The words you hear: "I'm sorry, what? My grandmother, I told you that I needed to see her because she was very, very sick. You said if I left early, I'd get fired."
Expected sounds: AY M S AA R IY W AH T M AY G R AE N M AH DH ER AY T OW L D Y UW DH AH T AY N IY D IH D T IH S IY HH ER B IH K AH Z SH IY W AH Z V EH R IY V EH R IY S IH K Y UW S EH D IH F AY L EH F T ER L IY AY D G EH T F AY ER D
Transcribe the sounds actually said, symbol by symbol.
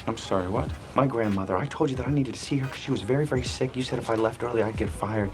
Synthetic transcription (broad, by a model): AY M S AA R IY W AH T M AY G R AE N M AH DH ER AY T OW L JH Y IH DH AH T AY N IY D IH D T IH S IY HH ER K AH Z SH IY W AH Z V EH R IY V EH R IY S IH K Y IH S EH D IH F AY L EH F T ER L IY AY D G EH T F AY ER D